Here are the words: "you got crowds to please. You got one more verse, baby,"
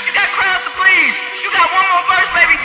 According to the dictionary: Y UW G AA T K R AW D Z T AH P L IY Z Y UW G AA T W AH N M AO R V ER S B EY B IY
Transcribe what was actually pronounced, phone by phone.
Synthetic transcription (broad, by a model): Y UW G AA T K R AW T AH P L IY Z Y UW G AA T W AH N M AO R F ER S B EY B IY